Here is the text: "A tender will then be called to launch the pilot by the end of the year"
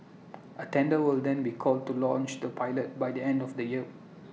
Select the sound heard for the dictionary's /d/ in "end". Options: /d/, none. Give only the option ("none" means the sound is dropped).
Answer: /d/